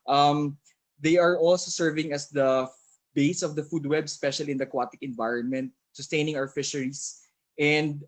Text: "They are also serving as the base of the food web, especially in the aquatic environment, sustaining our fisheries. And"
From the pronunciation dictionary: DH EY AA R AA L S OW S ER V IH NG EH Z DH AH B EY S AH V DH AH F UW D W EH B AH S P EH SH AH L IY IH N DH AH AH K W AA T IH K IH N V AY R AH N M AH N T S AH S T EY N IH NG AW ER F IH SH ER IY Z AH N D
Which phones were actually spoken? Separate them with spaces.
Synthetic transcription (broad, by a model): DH EY AA R AA L S OW S ER V IH NG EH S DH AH B EY S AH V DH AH F UW D W EH B S P EH SH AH L IY IH N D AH AH K W AA T IH K IH N V AY R AH N M AH N T S AH S T EY N IH NG AW ER F IH SH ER IY S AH N D